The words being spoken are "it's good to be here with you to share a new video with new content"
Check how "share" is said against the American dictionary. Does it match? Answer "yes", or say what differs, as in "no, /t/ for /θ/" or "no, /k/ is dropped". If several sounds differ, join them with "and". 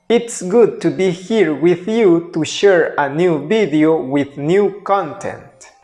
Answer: yes